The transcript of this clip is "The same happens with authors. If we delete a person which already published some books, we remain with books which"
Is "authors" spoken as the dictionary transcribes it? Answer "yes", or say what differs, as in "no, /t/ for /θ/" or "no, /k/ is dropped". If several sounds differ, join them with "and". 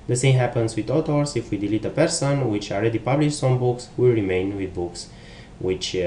no, /t/ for /θ/